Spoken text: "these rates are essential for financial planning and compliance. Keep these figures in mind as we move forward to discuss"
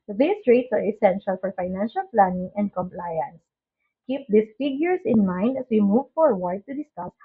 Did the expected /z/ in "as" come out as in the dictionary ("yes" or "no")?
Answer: no